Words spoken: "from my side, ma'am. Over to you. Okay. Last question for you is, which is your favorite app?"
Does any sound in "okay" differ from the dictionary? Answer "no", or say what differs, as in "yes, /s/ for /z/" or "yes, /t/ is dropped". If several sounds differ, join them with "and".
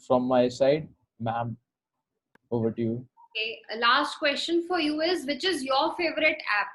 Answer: yes, /k/ is dropped